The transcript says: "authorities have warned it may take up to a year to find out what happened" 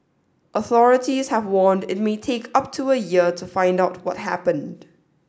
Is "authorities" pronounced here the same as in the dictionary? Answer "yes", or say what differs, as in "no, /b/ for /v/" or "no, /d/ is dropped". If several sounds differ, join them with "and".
yes